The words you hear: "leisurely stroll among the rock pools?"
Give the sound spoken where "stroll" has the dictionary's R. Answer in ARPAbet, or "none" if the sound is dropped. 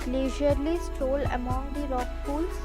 none